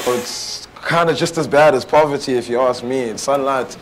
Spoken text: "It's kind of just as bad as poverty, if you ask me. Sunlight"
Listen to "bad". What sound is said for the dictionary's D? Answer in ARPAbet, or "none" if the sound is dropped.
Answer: D